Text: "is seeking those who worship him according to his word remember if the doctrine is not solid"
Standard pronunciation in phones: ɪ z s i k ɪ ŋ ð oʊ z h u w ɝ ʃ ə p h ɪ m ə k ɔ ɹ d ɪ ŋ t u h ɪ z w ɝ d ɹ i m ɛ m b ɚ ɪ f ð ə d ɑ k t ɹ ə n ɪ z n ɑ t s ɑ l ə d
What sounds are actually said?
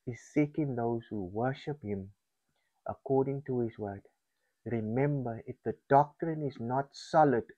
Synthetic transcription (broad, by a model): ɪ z s i k ɪ ŋ ð oʊ z h u w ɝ ʃ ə p h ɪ m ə k ɔ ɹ d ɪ ŋ t u h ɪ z w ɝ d ɹ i m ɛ m b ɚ ɪ f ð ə d ɑ k t ɹ ə n ɪ z n ɑ t s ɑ l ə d